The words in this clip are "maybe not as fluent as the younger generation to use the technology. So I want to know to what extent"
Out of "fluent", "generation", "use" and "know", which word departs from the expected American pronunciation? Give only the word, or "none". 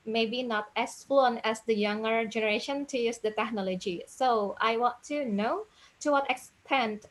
fluent